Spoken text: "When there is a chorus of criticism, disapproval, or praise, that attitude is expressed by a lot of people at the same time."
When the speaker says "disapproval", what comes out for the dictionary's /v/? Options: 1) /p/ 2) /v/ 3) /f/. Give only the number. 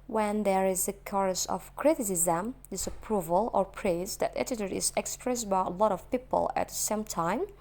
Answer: 2